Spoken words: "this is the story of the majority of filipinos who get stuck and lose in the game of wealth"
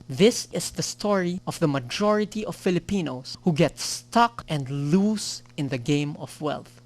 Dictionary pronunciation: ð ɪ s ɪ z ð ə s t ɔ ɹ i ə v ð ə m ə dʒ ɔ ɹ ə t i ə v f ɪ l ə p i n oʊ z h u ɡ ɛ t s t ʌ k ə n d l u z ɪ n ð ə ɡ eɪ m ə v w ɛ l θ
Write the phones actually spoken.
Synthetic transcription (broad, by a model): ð ɪ s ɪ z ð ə s t ɔ ɹ i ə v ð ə m ə dʒ ɔ ɹ ə t i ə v f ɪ l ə p i n oʊ s h u ɡ ɛ t s t ʌ k ə n d l u s ɪ n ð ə ɡ eɪ m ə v w ɛ l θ